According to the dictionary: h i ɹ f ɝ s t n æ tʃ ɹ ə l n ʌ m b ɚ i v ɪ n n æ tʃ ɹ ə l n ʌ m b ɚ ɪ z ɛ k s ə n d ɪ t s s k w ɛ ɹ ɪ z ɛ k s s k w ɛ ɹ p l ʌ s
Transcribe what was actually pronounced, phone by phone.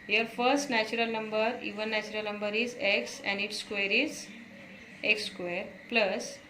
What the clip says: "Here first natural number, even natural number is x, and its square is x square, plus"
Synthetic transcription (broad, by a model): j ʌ ɹ f ɝ s t n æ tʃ ɹ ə l n ʌ m b ɚ i v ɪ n n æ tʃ ɹ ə l n ʌ m b ɚ ɪ z ɛ k s ə n d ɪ t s s k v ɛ ɹ ɪ z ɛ k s s k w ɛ ɹ p l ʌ s